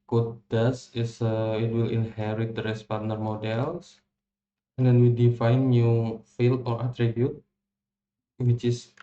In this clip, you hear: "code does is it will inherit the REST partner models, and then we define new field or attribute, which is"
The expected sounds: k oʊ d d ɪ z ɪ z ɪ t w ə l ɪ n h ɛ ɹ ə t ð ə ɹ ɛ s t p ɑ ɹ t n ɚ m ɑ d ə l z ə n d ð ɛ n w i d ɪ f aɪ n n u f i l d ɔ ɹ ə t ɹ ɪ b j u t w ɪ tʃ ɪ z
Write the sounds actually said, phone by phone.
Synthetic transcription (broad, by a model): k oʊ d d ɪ s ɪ s ɪ t w ə l ɪ n h ɛ ɹ ə t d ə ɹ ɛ s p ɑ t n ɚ m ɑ d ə l s ə n d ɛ n w i d ɪ f aɪ n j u f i l ɔ ɹ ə t ɹ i b j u t w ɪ tʃ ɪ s